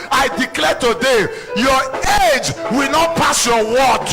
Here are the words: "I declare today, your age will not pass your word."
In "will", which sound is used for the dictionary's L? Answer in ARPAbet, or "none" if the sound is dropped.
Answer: L